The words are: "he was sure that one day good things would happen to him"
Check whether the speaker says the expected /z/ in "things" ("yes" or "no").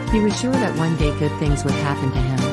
yes